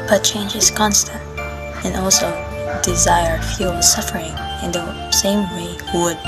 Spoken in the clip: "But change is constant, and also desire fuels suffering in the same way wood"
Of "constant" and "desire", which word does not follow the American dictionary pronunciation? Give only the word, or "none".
none